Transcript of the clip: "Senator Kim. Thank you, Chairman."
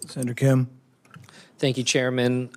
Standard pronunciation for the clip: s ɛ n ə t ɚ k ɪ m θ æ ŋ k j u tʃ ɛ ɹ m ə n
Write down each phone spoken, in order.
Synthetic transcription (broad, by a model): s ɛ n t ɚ k ɪ m θ æ ŋ k j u tʃ ɛ ɹ m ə n